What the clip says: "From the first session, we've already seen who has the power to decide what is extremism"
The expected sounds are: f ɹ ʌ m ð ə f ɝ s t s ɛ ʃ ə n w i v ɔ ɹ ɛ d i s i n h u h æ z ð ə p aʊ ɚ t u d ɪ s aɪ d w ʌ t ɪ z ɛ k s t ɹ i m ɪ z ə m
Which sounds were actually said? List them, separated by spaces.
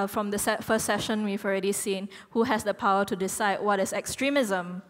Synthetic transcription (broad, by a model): f ɹ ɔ m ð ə f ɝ s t s ɛ ʃ ə n w i v ɔ ɹ ɛ d i s i n h u h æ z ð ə p aʊ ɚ t u d ɪ s aɪ d w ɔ t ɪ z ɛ k s t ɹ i m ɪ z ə m